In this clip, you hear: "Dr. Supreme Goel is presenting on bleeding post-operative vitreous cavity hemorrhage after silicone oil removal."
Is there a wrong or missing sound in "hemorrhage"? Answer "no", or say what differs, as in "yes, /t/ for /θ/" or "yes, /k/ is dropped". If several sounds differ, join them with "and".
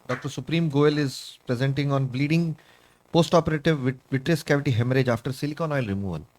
no